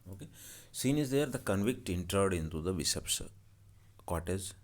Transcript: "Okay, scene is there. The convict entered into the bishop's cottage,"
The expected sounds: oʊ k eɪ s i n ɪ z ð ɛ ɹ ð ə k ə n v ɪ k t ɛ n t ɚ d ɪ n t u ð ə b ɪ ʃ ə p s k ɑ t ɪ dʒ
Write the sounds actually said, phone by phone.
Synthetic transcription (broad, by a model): oʊ k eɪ s i n ɪ z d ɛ ɹ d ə k ə n v ɪ k t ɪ n t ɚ d ɪ n t u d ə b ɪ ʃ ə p s k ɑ t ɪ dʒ